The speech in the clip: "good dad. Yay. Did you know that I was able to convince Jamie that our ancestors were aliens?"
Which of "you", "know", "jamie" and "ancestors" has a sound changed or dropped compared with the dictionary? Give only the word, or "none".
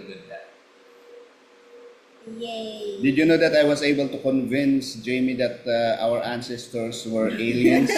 ancestors